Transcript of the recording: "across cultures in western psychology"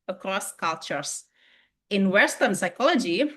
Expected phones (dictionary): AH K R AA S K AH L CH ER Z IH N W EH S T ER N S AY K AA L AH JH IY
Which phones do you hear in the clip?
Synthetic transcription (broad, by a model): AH K R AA S K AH L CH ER S IH N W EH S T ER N S AY K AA L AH JH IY